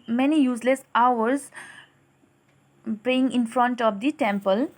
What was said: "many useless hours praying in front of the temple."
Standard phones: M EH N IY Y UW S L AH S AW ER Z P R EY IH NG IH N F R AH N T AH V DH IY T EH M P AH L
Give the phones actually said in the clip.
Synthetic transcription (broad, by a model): M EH N IY Y UW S L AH S AW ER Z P EY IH NG IH N F R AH N T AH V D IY T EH M P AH L